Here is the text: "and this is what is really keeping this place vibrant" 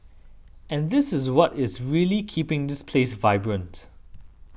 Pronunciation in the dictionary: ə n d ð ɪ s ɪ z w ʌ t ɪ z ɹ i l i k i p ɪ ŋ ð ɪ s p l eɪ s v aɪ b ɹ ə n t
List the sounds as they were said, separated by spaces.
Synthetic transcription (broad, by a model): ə n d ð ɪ s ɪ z w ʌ t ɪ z ɹ i l i k i p ɪ ŋ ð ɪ s p l eɪ s v aɪ b ɹ ə n t